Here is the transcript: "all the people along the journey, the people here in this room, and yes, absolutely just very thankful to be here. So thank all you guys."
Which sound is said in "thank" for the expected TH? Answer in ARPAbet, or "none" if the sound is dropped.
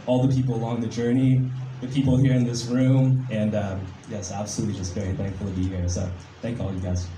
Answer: TH